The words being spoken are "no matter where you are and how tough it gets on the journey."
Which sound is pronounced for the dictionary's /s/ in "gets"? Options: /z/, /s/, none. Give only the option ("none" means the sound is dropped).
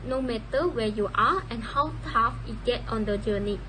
none